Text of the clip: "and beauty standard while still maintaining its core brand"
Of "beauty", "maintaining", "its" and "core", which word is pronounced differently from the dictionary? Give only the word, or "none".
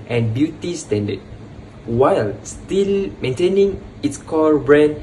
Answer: core